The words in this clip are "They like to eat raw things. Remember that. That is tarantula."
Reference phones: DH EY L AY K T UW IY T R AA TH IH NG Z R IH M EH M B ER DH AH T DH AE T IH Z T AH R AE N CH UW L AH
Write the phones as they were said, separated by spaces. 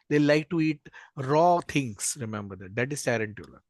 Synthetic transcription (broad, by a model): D EY L AY K T UW IY T R AA T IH NG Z R IH M EH M B ER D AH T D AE T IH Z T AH R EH N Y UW L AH